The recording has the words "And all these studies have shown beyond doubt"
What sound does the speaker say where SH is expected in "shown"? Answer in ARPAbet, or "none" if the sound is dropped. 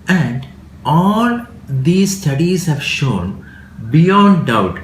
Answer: SH